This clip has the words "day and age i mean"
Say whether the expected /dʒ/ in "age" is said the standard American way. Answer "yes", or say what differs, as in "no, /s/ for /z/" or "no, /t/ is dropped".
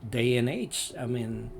no, /tʃ/ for /dʒ/